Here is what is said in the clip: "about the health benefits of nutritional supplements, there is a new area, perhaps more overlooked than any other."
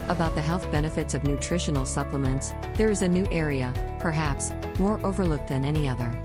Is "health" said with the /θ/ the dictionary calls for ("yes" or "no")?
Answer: yes